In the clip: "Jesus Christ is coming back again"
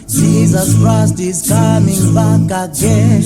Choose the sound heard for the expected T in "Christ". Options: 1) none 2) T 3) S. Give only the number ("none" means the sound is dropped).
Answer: 2